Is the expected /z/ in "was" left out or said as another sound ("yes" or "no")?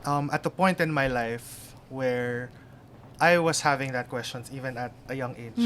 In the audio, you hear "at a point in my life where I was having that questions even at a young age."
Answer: yes